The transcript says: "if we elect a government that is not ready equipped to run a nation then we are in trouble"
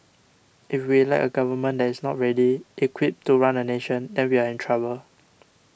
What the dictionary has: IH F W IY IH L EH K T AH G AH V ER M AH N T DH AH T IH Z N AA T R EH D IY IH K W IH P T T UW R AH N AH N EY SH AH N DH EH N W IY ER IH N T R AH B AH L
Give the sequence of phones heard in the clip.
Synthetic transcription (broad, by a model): IH F W IY L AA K AH G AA V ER M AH N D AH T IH S N AA T R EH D IY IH K W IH P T T UW R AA N AH N EY SH AH N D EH N W IY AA IH N T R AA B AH L